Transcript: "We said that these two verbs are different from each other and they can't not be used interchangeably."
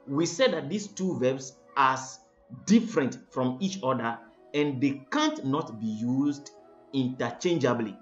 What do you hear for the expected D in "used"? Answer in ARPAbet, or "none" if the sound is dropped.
D